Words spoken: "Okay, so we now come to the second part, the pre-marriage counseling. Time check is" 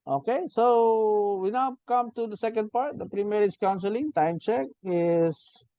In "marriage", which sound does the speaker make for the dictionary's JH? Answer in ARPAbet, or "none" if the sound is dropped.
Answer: Z